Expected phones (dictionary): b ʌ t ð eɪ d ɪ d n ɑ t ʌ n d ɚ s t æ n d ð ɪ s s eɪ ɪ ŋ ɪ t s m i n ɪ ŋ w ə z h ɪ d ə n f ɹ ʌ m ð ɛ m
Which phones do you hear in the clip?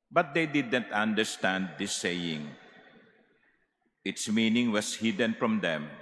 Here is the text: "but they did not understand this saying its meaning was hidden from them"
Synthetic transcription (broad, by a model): b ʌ t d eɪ d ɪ d n t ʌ n d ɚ s t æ n d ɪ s s eɪ ɪ ŋ ɪ t s m i n ɪ ŋ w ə s h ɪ d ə n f ɹ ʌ m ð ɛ m